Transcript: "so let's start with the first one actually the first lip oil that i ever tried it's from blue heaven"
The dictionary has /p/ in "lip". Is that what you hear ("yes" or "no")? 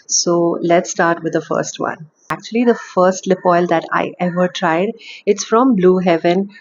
yes